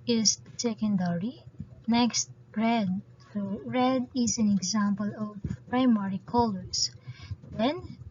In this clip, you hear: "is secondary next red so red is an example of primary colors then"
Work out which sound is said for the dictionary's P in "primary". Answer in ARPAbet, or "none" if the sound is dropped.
P